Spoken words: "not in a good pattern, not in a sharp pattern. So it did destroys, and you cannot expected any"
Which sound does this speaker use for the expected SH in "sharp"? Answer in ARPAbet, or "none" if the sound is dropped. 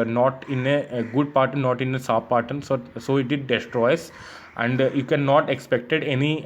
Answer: S